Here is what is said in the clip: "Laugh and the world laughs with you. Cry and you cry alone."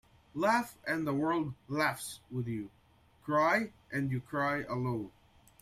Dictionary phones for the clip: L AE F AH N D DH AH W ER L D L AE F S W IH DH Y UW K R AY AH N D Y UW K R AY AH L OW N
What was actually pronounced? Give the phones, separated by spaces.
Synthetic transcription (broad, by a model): L AE F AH N DH AH W ER L D L AE F S W IH DH Y UW K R AY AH N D Y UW K R AY AH L OW N